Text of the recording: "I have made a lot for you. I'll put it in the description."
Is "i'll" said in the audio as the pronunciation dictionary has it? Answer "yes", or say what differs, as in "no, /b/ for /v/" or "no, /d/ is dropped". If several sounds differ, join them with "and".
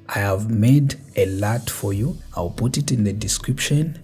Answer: yes